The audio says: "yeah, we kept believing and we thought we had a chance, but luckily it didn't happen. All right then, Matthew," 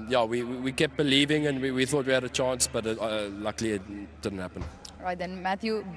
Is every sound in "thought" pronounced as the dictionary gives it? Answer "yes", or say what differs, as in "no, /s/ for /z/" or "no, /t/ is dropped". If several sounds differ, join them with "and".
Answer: yes